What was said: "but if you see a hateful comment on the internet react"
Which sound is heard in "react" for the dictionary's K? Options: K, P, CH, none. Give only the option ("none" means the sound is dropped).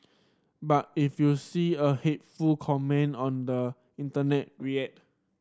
none